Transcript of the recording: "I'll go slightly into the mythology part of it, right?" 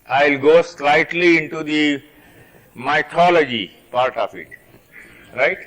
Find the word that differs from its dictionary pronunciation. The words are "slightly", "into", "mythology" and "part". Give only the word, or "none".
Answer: mythology